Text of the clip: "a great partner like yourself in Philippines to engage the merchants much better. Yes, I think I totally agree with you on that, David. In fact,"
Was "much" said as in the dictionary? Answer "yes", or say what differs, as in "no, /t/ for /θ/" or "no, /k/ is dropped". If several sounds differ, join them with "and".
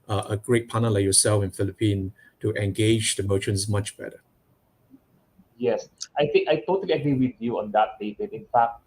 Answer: yes